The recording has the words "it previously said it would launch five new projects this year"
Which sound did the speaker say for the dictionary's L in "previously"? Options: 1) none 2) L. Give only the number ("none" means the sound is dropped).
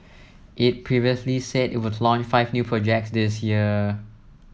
2